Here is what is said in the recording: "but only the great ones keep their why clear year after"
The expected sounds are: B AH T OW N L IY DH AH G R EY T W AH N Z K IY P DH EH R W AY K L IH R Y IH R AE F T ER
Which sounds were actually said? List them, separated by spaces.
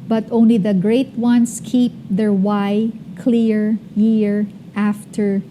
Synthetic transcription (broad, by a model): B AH T OW N L IY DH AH G R EY T W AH N S K IY P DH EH R W AY K L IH R Y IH R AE F T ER